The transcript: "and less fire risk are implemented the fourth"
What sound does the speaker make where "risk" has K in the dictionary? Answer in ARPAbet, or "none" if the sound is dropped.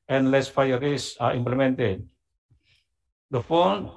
none